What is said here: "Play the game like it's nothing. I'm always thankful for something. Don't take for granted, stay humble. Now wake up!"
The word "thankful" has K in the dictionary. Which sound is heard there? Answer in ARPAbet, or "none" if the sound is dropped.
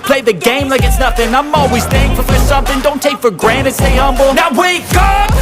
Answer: none